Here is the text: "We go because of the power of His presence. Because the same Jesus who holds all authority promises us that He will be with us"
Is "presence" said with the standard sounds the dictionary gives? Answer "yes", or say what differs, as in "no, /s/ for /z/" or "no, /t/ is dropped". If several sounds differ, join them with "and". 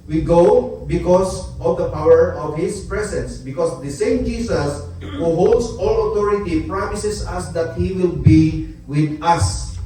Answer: no, /s/ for /z/